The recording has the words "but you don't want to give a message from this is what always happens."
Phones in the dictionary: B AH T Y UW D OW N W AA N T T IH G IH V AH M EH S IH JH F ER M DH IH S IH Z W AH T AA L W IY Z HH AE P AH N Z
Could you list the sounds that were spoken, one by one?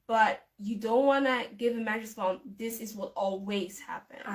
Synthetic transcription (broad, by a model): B AH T Y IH D OW N W AA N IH G IH V AH M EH IH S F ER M DH IH S IH Z W AH T AA L W IY Z HH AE P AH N